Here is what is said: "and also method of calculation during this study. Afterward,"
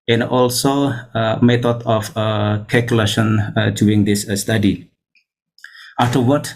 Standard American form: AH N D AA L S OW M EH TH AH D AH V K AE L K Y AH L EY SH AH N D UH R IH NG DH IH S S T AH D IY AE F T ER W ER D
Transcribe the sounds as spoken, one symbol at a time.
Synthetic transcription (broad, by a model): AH N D AA L S OW M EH T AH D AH F K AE L K Y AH L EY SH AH N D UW IH NG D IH S S T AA D IY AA F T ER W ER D